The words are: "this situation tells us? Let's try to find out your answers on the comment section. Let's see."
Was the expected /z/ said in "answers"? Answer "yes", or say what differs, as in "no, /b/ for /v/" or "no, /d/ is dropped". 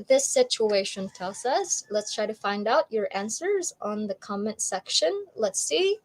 yes